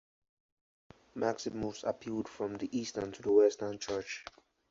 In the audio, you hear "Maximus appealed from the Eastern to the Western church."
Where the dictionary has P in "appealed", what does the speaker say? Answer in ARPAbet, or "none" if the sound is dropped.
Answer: P